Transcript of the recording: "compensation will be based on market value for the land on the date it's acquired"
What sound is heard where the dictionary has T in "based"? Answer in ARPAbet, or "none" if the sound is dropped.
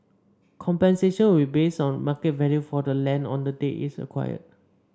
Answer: none